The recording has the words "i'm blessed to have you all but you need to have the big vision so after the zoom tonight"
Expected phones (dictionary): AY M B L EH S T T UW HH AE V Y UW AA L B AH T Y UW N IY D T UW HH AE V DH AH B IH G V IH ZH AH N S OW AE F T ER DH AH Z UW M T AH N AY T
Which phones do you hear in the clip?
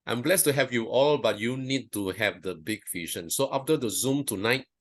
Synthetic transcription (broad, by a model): AY M B L EH S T T UW HH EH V Y UW AA L B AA T Y UW N IY D T UW HH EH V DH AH B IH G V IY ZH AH N S OW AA F T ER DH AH Z UW M T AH N AY T